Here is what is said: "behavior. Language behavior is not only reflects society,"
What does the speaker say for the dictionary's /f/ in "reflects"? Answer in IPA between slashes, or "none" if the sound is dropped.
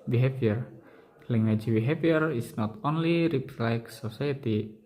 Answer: /p/